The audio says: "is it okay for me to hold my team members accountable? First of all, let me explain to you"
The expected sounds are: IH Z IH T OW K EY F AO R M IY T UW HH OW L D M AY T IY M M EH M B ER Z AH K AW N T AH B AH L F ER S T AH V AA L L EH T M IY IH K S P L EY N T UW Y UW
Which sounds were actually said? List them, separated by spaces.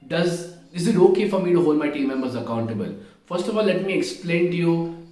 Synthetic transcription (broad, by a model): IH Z IH T OW K EY F AO R M IY T UW HH OW L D M AY T IY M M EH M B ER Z AH K AW N T AH B AH L F ER S T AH F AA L L EH T M IY IH K S P L EY N T UW Y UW